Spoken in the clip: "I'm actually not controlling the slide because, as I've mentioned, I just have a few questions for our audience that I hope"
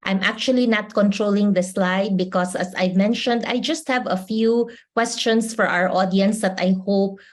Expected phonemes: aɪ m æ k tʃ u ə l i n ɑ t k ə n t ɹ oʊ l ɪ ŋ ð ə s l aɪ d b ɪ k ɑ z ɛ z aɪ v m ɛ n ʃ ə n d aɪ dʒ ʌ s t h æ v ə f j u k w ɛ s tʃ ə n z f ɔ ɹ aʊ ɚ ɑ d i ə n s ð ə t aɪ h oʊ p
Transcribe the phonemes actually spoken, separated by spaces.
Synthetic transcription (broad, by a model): aɪ m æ k tʃ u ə l i n ɑ t k ə n t ɹ oʊ l ɪ ŋ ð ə s l aɪ d b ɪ k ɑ s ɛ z aɪ v m ɛ n ʃ ə n d aɪ dʒ ʌ s t h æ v ə f j u k w ɛ s tʃ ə n s f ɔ ɹ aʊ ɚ ɑ d i ə n s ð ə t aɪ h oʊ p